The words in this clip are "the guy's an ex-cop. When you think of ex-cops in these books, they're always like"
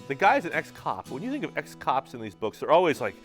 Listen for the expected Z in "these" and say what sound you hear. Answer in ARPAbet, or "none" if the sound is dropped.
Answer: Z